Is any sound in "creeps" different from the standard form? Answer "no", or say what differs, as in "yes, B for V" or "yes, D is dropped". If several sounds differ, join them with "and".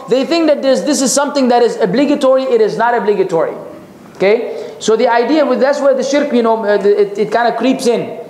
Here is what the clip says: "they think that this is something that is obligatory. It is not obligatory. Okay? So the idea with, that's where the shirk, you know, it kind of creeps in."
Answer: no